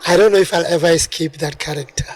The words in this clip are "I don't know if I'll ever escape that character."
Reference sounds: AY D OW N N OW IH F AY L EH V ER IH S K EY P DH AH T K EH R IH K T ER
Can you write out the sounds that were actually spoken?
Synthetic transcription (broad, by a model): AY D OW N N OW IH F AY L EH V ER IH S K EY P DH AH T K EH R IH K T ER